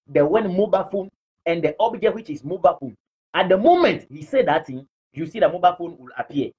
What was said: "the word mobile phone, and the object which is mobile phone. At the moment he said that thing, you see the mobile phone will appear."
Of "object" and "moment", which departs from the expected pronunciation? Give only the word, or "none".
none